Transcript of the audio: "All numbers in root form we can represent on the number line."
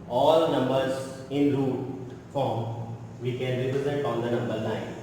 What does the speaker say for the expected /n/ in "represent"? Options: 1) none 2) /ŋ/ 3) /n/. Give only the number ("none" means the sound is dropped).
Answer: 1